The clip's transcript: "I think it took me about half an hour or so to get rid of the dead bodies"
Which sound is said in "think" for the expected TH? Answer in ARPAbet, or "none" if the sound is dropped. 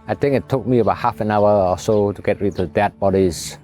T